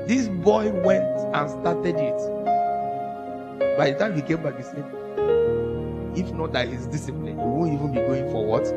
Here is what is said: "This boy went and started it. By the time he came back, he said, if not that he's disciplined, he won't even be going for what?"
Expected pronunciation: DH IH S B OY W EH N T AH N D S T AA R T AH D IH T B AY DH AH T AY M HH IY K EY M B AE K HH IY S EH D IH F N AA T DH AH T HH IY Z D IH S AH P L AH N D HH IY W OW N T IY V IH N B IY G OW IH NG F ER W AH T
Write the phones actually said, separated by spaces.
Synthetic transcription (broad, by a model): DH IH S B OY W EH N T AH N S T AA T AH D IH T B AY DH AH T AY M HH IY K EY M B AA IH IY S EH IH F N AA T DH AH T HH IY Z D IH S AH P L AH N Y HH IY W OW N T IY V IH N B IY G OW IH NG F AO W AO T